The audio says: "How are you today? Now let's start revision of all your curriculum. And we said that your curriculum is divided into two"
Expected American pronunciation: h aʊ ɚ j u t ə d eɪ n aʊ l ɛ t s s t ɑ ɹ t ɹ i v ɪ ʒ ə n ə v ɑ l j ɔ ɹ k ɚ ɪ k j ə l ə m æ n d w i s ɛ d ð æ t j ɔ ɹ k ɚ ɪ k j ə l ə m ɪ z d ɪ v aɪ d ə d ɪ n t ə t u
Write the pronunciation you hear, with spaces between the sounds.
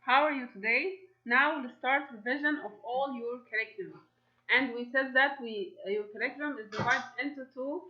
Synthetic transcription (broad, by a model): h aʊ ɚ j u t ə d eɪ n aʊ w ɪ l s s t ɑ ɹ t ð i v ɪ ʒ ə n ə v ɑ l j ɔ ɹ k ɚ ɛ k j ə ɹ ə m æ n d w i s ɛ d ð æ t j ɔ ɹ k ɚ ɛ k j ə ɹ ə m ɪ z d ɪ w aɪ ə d ɪ n t ə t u